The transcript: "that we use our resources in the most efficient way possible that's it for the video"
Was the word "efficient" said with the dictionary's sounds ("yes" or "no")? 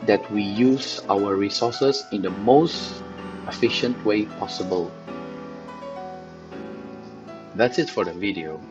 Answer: yes